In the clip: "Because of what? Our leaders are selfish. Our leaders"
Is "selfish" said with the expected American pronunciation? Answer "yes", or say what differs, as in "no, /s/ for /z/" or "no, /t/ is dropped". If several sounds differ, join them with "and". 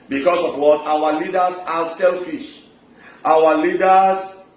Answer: yes